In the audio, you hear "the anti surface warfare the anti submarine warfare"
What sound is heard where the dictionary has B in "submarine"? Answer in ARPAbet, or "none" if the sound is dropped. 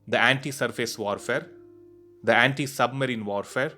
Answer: B